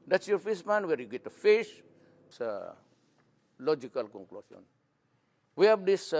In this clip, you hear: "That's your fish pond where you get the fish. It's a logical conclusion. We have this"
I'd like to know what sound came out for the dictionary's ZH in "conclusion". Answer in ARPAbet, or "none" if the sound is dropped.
S